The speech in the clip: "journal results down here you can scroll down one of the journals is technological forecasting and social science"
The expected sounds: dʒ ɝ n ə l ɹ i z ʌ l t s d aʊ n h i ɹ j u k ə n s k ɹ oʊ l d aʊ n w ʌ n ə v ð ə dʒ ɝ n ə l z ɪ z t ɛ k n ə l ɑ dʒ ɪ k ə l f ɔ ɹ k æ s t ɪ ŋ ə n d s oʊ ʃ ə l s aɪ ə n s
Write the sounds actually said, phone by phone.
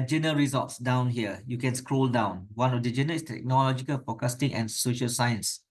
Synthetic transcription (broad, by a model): dʒ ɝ n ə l ɹ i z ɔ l t s d aʊ n h i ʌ j u k ə n s k ɹ oʊ l d aʊ n w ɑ n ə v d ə dʒ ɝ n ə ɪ s t ɛ k n ə l ɑ dʒ ɪ k ə l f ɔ k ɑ s t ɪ ŋ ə n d s oʊ ʃ ə l s aɪ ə n s